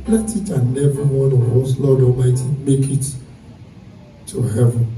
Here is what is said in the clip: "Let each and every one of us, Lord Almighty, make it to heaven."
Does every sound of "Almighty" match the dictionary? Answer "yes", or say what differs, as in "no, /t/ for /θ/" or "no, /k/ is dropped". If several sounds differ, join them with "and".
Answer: no, /l/ is dropped